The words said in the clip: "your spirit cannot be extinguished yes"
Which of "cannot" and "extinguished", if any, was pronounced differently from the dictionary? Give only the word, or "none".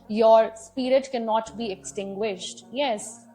none